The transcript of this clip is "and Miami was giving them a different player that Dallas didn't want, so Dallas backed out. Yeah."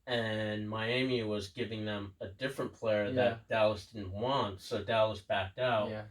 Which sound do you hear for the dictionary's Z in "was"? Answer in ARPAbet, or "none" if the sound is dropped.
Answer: Z